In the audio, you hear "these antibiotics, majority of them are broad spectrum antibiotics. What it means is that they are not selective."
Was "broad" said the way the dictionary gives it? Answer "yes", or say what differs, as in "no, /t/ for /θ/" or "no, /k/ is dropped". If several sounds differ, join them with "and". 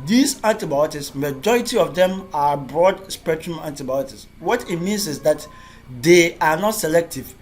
yes